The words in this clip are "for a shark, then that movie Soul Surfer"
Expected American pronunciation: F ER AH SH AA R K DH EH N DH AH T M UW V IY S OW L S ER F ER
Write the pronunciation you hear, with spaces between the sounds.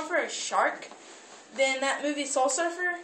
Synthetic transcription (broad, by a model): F ER AH SH AA R K DH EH N DH AH T M UW V IY S OW L S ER F ER